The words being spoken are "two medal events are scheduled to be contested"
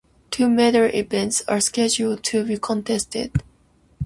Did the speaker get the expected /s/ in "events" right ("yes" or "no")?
yes